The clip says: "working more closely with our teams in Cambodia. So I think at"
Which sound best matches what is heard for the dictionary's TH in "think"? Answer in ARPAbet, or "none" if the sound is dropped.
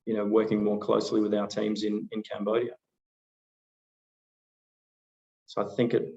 TH